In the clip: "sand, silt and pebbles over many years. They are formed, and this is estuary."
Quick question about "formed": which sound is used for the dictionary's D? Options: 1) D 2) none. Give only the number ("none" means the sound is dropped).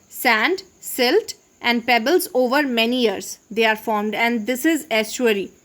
1